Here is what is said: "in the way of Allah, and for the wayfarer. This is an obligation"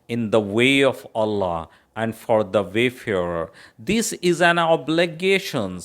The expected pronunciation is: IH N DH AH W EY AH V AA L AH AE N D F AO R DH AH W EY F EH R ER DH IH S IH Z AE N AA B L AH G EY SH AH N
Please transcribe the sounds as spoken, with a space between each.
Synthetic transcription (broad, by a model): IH N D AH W EY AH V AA L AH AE N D F AO R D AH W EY F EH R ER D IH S IH Z AE N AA B L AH G EY SH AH N